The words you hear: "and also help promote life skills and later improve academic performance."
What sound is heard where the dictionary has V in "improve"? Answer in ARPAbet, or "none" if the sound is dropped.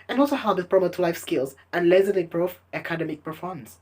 F